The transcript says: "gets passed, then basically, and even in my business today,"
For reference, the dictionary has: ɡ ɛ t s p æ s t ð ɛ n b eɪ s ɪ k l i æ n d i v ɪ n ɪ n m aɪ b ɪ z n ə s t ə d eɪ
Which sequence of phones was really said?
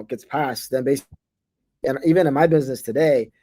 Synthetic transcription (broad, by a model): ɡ ɛ t s p æ s t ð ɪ n b eɪ ɪ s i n i v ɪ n ɪ n m aɪ b ɪ z n ə s t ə d eɪ